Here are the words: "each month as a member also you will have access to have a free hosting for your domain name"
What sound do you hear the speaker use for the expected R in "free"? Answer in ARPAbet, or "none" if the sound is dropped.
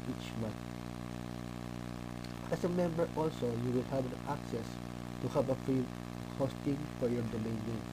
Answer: none